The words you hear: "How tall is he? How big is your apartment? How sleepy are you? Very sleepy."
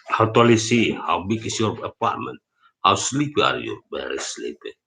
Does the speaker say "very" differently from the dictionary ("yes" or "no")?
yes